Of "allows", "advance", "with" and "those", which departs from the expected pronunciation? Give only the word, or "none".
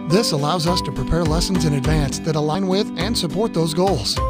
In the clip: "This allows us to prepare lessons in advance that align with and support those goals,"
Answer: none